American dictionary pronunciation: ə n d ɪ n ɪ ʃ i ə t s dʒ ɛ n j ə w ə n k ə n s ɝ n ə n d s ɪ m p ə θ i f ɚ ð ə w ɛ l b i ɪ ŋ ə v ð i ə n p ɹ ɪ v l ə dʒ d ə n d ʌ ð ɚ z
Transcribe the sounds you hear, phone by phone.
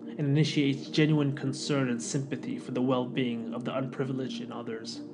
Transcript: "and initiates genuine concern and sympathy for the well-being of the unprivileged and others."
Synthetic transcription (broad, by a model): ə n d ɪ n ɪ ʃ i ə t s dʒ ɛ n j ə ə n k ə n s ɝ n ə n s ɪ m p ə θ i f ɚ ð ə w ɛ l b i ɪ ŋ ə v ð i ə n p ɹ ɪ v l ə dʒ d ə n ʌ ð ɚ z